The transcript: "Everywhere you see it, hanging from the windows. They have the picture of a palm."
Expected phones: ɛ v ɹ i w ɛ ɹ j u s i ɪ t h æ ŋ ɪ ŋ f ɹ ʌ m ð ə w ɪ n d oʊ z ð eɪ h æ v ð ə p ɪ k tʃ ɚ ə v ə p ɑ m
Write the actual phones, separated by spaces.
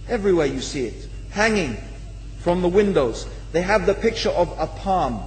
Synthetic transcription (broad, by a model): ɛ v ɹ i w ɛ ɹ j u s i ɪ t h æ ŋ ɪ ŋ f ɹ ʌ m ð ə w ɪ n d oʊ z ð eɪ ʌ v ð ə p ɪ k tʃ ɚ ə v ə p ɑ m